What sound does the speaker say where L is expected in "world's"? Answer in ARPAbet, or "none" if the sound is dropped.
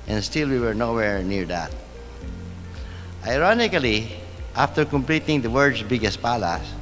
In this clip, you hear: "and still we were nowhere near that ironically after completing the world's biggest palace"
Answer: none